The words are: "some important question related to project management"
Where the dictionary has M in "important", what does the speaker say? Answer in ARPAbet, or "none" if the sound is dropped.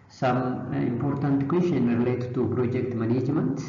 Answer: M